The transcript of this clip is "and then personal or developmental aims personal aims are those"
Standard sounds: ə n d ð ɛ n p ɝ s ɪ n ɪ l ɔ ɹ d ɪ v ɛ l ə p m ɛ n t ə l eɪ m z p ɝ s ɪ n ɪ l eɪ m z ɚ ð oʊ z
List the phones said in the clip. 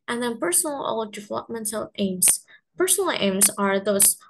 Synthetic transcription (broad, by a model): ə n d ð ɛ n p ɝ s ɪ n l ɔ l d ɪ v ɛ l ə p m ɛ n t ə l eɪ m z p ɝ s ɪ n ɪ l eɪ m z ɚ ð oʊ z